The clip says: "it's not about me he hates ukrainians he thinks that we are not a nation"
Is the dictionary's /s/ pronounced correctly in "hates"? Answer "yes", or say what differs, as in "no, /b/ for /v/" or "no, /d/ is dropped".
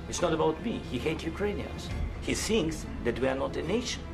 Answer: no, /s/ is dropped